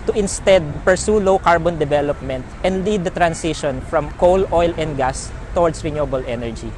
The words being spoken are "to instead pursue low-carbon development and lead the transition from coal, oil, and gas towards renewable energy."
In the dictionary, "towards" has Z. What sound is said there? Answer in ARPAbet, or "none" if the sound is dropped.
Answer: S